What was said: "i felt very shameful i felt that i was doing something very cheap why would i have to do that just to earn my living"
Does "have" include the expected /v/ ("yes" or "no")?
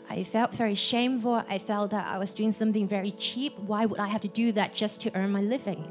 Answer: no